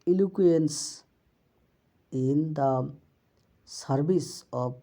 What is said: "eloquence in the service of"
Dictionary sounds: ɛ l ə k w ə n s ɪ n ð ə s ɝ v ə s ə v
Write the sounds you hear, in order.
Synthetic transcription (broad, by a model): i l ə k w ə n s ɪ n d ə s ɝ b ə s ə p